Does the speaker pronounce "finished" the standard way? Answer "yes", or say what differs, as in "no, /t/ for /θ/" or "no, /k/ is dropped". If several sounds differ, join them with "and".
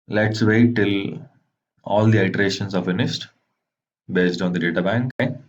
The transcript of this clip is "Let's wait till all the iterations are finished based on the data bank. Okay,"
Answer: no, /s/ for /ʃ/